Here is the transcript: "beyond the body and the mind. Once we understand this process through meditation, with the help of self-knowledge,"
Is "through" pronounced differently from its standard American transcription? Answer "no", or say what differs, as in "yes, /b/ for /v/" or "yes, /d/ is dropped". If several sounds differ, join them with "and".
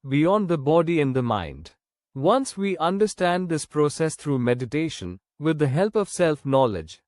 yes, /t/ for /θ/